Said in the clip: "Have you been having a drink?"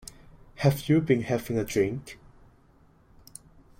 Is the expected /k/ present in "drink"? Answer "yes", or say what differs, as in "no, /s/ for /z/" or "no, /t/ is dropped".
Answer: yes